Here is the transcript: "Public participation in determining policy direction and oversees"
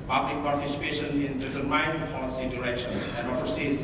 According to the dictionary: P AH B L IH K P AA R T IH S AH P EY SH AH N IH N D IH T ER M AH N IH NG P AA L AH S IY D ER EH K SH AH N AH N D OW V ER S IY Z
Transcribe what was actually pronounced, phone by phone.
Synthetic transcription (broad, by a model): P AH B L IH K P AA R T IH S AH P EY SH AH N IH N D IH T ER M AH IH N P AA L AH S IY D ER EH K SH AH N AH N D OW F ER S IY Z